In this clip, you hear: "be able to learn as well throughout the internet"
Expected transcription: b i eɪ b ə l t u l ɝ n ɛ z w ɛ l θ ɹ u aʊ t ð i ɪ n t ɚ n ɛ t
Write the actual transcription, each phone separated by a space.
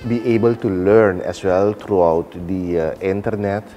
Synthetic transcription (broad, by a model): b i eɪ b ə l t u l ɝ n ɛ s w ɛ l t ɹ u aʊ t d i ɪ n t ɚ n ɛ t